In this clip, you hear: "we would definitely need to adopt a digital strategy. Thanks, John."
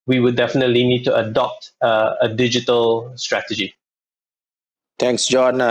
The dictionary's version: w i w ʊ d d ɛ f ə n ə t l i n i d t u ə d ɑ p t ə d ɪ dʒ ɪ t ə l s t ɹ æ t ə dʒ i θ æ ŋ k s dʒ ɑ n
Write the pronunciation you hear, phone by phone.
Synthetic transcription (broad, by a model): w i w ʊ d d ɛ f ə n ə t l i n i d t u ə d ɑ p t ə d ɪ dʒ ɪ t ə l s t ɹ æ t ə dʒ i t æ ŋ k s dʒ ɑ n